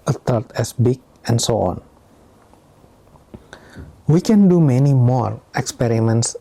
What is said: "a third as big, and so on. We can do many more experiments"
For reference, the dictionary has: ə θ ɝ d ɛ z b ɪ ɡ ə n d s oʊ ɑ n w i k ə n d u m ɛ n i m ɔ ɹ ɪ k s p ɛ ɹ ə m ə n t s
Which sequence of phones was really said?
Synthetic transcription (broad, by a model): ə t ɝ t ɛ s b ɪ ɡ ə n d s oʊ ɑ n w i k ə n d u m ɛ n i m ɔ ɹ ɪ k s p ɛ ɹ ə m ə n t s